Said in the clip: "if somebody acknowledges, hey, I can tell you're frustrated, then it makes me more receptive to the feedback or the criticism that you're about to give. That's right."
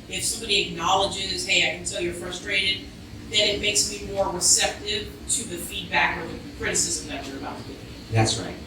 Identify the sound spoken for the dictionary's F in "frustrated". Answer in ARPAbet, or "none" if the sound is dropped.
F